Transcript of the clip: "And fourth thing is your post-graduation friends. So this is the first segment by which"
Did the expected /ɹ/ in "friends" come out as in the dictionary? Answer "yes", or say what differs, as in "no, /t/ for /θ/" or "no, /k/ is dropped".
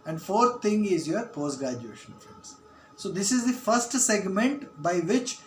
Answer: no, /ɹ/ is dropped